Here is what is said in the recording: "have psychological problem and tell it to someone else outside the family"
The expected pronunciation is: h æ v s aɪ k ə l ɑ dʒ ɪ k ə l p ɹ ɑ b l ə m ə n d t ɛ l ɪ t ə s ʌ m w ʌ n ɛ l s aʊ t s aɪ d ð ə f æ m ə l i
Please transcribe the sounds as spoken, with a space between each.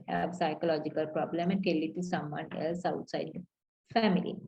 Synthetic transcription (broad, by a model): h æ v s aɪ k ə l ɑ dʒ ɪ k ə l p ɹ ɑ b l ə m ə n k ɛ l ɪ t ə s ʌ m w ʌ n ɛ l s aʊ t s aɪ d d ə f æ m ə l i